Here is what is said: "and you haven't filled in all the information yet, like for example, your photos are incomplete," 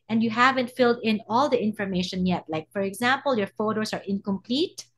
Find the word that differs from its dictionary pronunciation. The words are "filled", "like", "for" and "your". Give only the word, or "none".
none